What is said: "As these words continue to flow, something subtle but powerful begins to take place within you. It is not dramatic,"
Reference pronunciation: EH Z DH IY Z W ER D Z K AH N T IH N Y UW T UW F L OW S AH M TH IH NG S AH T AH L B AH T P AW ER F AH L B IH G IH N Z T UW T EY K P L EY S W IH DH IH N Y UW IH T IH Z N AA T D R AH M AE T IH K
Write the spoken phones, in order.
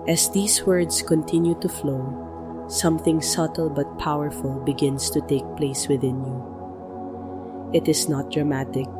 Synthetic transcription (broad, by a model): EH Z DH IY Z W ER D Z K AH N T IH N Y UW T UW F L OW S AH M TH IH NG S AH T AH L B AH T P AW ER F AH L B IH G IH N S T UW T EY K P L EY S W IH DH IH N Y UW IH T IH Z N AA T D R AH M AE T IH K